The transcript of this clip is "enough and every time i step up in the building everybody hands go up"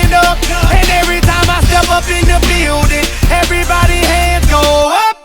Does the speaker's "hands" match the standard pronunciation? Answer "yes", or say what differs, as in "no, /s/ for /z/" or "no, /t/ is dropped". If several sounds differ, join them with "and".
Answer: no, /z/ is dropped